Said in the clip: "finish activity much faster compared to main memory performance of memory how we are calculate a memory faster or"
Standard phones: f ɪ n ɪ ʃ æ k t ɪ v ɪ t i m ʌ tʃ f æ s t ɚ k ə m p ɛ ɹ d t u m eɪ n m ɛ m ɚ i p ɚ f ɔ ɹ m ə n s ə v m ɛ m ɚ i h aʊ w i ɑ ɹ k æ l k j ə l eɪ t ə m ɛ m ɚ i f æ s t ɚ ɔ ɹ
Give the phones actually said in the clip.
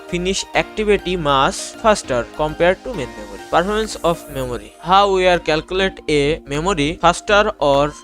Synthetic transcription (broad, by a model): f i n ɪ ʃ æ k t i b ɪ t i m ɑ s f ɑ s t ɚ k ə m p ɛ ɹ d t u m eɪ n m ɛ m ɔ i p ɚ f ɔ ɹ m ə n s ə f m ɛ m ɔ i h aʊ w i ɑ ɹ k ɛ l k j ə l eɪ t ə m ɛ m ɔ i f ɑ s t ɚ ɔ ɹ